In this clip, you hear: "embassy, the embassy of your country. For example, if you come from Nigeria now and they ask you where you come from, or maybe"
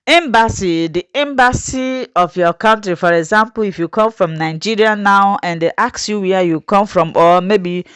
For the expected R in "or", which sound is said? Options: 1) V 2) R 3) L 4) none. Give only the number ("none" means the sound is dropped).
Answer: 3